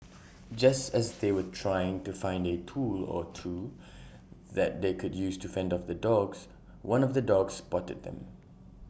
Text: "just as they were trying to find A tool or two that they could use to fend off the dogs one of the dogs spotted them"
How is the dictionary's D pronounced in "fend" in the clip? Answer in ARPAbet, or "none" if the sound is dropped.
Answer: D